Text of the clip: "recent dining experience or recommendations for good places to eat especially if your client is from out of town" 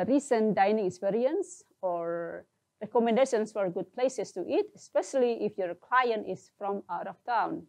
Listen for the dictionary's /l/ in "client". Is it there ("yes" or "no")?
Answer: yes